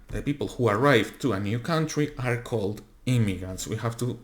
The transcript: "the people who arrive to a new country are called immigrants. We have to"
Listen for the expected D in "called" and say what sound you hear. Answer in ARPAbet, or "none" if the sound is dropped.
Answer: D